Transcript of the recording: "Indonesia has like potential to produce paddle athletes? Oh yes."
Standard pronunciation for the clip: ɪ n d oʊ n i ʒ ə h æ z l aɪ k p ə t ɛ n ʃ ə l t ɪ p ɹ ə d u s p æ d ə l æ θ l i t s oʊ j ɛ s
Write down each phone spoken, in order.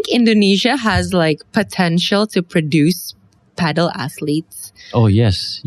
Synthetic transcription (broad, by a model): ɪ n d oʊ n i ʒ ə h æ z l aɪ k p ə t ɛ n ʃ ə l t ɪ p ɹ ə d u s p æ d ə l æ θ l i t s oʊ j ɛ s